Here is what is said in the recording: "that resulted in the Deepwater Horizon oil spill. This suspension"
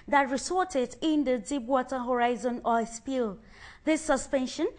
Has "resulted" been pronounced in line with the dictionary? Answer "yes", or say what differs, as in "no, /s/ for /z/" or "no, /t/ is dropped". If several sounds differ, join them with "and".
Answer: no, /s/ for /z/ and /l/ is dropped